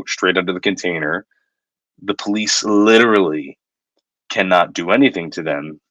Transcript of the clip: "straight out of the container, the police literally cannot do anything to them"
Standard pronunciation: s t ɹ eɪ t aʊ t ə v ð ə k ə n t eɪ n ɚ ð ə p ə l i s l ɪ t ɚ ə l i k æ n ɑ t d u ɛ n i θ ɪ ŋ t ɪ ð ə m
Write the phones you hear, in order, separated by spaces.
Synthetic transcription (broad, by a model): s t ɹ eɪ t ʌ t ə ð ə k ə n t eɪ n ɚ ð ə p ə l i s l ɪ t ɚ l i k æ n ɑ t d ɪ ɛ n i θ ɪ ŋ t ɪ ð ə m